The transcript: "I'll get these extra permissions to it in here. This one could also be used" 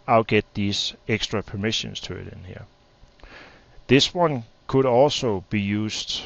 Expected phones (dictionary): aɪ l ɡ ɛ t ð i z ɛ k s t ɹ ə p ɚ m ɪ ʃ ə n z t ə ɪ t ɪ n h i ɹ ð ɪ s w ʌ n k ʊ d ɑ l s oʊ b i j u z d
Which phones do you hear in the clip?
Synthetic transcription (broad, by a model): aɪ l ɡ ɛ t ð i s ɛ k s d ɹ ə p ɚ m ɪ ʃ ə n s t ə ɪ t ɪ n h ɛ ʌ ð ɪ s w ʌ n k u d ɑ l s oʊ b i j u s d